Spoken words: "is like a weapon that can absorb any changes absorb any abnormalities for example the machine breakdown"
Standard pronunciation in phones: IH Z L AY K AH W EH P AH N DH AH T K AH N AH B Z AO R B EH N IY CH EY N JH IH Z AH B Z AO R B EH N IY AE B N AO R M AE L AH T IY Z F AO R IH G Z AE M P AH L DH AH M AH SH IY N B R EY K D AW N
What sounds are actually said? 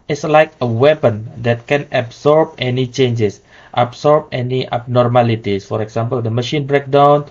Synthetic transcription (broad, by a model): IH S L AY K AH W EH P AH N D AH T K AH N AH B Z AO R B EH N IY CH EY N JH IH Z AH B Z AO R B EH N IY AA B N AO R M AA L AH T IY S F AO R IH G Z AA M P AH L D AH M AH SH IY N B R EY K D AW N